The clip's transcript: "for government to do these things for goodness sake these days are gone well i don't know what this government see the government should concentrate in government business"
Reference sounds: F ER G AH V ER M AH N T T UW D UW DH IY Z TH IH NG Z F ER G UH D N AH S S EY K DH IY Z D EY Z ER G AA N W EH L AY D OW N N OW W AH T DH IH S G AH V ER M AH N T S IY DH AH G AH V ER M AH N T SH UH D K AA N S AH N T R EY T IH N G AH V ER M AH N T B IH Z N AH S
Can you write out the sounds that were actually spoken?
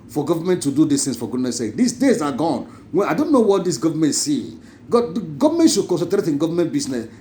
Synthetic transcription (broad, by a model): F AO G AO V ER M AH N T T UW D UW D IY S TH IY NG S F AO G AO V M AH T S EY K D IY S D EY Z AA G AA N W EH N AY D OW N N OW W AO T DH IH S G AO V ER M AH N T S IY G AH G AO V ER M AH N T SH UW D K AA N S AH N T R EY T IH N G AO V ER M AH N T B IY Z N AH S